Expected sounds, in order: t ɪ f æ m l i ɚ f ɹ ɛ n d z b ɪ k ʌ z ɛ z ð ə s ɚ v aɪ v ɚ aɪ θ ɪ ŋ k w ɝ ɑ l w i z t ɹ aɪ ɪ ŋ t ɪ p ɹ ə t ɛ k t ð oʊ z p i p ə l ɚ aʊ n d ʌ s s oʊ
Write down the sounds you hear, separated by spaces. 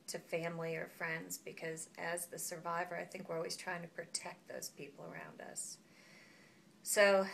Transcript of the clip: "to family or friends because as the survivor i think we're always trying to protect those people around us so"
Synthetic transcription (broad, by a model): t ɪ f æ m l i ɚ f ɹ ɛ n d z b ɪ k ʌ z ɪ z ð ə s ɚ v aɪ v ɚ aɪ θ ɪ ŋ k w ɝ ɑ l w i z t ɹ aɪ ɪ ŋ t ɪ p ɹ ə t ɛ k t ð oʊ z p i p l ɚ aʊ n d ʌ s s oʊ